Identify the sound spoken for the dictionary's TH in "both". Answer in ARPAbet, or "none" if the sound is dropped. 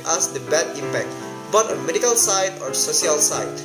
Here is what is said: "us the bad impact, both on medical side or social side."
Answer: T